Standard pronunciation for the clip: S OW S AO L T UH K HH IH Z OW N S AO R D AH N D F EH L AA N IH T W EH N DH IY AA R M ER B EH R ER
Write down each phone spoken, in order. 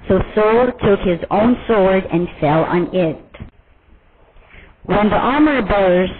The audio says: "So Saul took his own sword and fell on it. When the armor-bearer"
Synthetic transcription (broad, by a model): S OW S AO L T UH K HH IH Z OW N S AO R D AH N F EH L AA N IH T W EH N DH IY AA R M ER B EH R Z